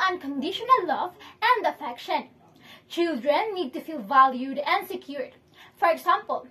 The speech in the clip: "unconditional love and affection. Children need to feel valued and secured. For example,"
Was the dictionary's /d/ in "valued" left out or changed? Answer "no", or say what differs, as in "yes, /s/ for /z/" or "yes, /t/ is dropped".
no